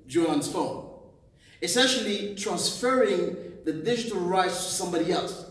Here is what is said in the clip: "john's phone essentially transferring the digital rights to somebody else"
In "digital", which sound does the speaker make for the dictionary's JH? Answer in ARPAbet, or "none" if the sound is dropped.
JH